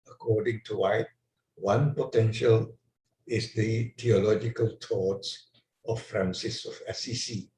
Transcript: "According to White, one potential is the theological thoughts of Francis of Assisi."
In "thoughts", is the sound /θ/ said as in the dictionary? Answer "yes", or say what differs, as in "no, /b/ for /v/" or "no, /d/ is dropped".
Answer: no, /t/ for /θ/